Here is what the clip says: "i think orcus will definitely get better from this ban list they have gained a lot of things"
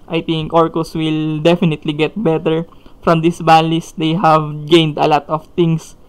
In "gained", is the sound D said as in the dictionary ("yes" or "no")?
yes